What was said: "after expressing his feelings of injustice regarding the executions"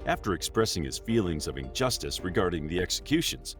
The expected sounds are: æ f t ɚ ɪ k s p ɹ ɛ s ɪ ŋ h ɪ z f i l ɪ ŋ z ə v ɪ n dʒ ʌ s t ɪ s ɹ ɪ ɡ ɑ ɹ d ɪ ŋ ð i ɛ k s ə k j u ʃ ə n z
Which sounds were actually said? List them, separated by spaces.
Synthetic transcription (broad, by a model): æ f t ɚ ɪ k s p ɹ ɛ s ɪ ŋ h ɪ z f i l ɪ ŋ z ə v ɪ n dʒ ʌ s t ɪ s ɹ ɪ ɡ ɑ ɹ d ɪ ŋ ð i ɛ k s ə k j u ʃ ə n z